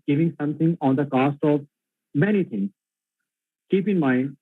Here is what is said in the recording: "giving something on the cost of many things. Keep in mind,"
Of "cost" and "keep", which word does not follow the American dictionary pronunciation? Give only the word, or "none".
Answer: none